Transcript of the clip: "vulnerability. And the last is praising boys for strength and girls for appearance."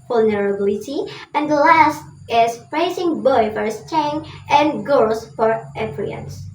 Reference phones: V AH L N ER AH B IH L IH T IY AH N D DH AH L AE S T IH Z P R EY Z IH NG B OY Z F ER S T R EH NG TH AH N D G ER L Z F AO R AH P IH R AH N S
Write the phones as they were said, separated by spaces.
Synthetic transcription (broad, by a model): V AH L N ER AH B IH L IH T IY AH N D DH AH L AE S T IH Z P R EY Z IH NG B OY F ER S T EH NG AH N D G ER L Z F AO R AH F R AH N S